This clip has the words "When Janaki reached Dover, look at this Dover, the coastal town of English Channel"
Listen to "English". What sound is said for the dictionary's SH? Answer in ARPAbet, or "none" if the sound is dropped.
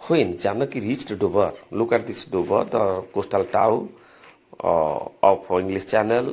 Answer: S